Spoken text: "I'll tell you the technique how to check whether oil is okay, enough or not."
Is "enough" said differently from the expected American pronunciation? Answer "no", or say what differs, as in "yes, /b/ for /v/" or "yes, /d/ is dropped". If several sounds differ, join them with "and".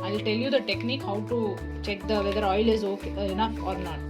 yes, /f/ is dropped